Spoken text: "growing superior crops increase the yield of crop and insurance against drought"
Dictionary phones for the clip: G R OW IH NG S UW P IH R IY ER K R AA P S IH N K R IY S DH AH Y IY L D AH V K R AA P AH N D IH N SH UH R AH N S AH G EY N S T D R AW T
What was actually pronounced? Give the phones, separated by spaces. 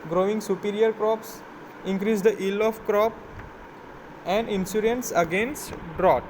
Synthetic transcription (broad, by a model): G R OW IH NG S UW P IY R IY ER K R AA P S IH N K R IY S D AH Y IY L AH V K R AA P AH N D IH N S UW R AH N S AH G EY N S T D R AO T